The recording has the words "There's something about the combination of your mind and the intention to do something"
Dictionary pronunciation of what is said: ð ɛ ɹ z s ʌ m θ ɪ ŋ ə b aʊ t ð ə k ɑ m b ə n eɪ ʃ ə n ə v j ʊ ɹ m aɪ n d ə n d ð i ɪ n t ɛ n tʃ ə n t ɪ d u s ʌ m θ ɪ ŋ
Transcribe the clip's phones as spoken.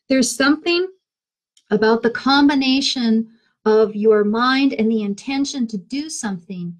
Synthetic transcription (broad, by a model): ð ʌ ɹ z s ʌ m θ ɪ ŋ ə b aʊ t ð ə k ɑ m b ə n eɪ ʃ ə n ə v j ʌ ɹ m aɪ n d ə n ð i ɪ n t ɛ n ʃ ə n t ɪ d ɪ s ʌ m θ ɪ ŋ